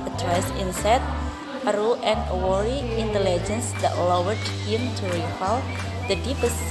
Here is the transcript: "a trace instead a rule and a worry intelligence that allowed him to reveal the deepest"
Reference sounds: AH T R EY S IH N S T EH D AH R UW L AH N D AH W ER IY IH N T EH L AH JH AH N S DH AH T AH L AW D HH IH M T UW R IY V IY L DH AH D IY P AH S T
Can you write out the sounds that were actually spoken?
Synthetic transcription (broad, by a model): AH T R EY S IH N S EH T AH R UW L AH N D AH W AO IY IH N T EH L AH JH AH N S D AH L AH W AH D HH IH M T UW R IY F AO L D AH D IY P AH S